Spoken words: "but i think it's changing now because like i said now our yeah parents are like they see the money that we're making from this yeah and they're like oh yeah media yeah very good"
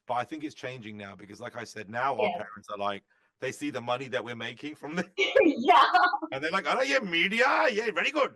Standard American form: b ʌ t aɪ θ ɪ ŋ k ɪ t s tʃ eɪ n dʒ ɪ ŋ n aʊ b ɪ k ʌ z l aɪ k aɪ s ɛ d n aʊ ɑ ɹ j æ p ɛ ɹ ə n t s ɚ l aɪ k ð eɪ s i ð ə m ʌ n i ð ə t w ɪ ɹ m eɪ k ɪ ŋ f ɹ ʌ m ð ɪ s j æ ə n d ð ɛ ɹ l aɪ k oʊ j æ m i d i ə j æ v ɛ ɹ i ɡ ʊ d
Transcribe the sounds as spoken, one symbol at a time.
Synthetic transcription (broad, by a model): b ʌ t aɪ θ ɪ ŋ k ɪ t s tʃ eɪ n dʒ ɪ ŋ n aʊ b ɪ k ʌ z l aɪ k aɪ s ɛ d n aʊ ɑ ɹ p ɛ ɹ ə n t s ɚ l aɪ k ð eɪ s i ð ə m ʌ n i ð ə t w ɪ ɹ m eɪ k ɪ ŋ f ɹ ʌ m ð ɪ j æ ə n ð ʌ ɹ l aɪ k oʊ j æ m i d i ə j æ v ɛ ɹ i ɡ ʊ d